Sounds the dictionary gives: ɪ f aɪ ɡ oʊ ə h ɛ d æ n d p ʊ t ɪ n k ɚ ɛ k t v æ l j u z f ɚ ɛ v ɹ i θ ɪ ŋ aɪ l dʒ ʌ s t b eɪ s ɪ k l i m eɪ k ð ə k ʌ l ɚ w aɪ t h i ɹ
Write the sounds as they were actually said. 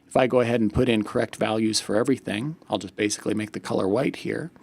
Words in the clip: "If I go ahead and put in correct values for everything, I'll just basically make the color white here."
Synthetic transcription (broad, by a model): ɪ f aɪ ɡ oʊ ə h ɛ d n p ʊ t ɪ n k ɚ ɛ k t v æ l j u z f ɚ ɛ v ɹ i θ ɪ ŋ aɪ l dʒ ʌ s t b eɪ s ɪ k l i m eɪ k ð ə k ʌ l ɚ w aɪ t h i ɹ